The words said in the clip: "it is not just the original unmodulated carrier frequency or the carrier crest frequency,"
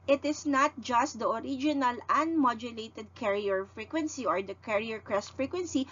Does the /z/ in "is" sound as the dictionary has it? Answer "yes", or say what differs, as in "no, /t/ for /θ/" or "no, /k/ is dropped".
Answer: no, /s/ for /z/